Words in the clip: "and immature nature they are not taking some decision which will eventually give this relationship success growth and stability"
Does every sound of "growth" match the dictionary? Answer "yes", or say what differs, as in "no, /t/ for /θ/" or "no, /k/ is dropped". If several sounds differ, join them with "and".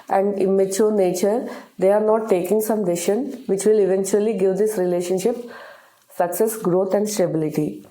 no, /t/ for /θ/